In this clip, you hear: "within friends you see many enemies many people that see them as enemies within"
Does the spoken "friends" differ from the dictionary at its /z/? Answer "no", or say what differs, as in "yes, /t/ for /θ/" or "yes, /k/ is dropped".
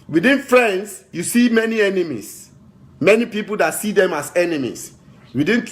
yes, /s/ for /z/